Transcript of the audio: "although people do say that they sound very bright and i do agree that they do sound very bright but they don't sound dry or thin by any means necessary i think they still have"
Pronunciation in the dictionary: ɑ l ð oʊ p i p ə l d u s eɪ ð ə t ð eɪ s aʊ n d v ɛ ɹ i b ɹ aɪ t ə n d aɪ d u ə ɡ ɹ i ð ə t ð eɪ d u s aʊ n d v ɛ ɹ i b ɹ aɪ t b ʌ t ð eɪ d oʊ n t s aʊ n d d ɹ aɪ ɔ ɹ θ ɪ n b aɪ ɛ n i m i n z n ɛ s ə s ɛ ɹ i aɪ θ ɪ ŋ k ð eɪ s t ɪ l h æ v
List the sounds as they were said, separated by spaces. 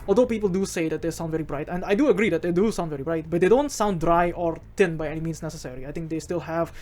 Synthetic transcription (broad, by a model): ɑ l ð oʊ p i p ə l d u s eɪ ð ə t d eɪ s aʊ n v ɛ ɹ i b ɹ aɪ t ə n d aɪ d u ə ɡ ɹ i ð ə t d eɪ d u s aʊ n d v ɛ ɹ i b ɹ aɪ t b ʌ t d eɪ d oʊ n t s aʊ n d d ɹ aɪ ɔ ɹ t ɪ n b aɪ ɛ n i m i n s n ɛ s ə s ɛ ɹ i aɪ t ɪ ŋ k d eɪ s t ɪ l h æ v